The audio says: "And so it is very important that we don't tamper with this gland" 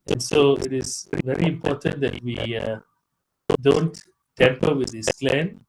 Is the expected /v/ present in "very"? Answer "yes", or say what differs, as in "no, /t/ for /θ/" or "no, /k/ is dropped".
yes